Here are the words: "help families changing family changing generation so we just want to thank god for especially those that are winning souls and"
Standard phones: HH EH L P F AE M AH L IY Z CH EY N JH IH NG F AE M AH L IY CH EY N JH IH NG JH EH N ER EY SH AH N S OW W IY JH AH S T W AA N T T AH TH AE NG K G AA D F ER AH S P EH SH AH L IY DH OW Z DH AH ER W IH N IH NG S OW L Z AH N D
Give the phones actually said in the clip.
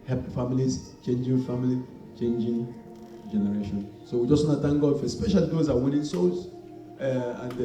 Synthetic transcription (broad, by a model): HH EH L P F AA M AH L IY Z CH EY N JH IH NG F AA M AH L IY CH EY N JH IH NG JH EH N ER EY SH AH N S OW W IY JH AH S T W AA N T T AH T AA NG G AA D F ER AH S P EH SH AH L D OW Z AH W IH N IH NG S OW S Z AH N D